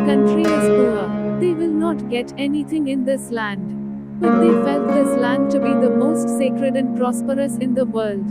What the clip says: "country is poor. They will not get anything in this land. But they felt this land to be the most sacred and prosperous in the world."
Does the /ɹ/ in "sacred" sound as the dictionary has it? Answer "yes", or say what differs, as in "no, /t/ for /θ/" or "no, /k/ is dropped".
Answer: yes